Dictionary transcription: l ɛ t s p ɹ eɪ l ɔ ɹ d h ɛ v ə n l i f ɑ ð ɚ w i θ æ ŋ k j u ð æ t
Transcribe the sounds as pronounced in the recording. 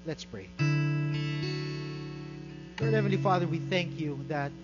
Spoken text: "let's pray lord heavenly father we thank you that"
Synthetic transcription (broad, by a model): l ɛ t s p ɹ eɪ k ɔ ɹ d h ɛ v ə n l i f ɑ ð ɚ w i θ æ ŋ k j u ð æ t